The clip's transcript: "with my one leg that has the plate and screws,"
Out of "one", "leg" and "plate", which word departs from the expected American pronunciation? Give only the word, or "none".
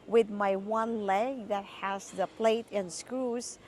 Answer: none